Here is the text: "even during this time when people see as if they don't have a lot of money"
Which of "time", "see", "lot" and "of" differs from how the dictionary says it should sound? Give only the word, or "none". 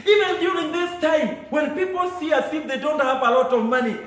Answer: none